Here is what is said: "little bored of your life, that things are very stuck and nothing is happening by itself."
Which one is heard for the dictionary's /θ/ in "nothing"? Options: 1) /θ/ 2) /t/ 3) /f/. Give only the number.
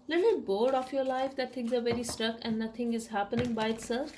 2